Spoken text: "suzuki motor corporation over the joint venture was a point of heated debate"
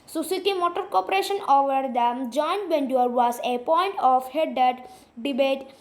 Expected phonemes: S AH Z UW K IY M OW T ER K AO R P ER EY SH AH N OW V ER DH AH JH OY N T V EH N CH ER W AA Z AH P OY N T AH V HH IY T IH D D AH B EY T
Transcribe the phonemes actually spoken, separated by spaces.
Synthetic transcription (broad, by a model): S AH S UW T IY M OW T ER K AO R P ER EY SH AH N OW V ER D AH JH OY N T B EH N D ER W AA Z AH P OY N T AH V HH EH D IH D D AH B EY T